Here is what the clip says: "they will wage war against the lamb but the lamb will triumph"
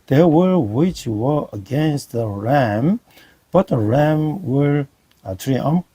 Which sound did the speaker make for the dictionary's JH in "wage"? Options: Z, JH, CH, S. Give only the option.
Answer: CH